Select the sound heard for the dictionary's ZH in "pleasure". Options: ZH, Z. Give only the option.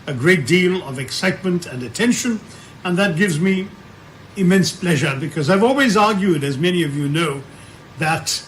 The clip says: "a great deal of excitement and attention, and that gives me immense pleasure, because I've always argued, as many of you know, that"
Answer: ZH